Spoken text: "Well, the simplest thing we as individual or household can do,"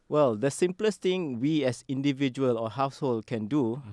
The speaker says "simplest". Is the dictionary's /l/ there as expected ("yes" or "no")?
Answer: yes